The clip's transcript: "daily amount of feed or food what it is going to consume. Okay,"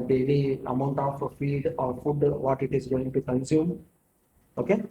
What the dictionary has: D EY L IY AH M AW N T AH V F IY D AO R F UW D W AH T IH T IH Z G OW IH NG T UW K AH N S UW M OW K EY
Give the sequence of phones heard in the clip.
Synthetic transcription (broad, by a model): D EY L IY AH M AW N T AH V F IY D AO R F UW D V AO T IH T IH Z G OW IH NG T UW K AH N S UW M OW K EY